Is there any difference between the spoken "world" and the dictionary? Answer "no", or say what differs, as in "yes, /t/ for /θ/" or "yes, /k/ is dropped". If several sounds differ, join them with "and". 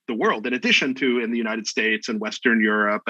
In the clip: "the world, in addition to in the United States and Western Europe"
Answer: no